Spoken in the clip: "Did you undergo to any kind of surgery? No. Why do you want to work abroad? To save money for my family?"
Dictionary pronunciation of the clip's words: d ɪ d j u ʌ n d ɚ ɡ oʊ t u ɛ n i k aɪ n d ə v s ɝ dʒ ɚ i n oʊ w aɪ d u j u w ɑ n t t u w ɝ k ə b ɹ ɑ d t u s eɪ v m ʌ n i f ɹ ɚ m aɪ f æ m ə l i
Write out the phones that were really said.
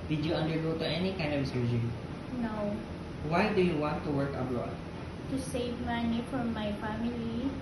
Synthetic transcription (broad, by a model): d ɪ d j u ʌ n d ɚ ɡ oʊ t u ɛ n i k aɪ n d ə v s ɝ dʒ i n oʊ w aɪ d u j u w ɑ n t t u w ɝ k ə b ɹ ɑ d t u s eɪ v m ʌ n i f ɹ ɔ m aɪ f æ m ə l i